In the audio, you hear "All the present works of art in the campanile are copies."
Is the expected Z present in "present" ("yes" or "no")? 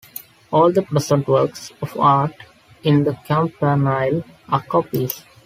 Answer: no